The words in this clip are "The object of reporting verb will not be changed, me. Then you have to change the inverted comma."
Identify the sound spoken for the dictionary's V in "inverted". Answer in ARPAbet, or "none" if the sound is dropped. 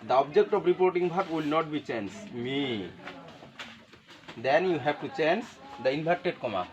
B